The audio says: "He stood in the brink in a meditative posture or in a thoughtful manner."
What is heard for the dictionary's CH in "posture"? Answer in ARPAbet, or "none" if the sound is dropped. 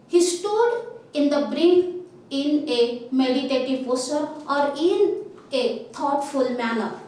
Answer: none